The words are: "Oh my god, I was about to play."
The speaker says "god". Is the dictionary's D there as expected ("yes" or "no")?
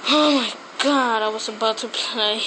yes